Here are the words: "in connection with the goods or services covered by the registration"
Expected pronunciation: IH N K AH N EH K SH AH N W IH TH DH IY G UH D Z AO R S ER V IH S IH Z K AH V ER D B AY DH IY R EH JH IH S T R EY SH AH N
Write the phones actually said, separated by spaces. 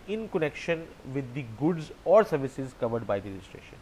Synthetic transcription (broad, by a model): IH N K AH N EH K SH AH N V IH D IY G UH D Z AO R S ER V IH S IH Z K AH V ER D B AY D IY R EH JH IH S T R EY SH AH N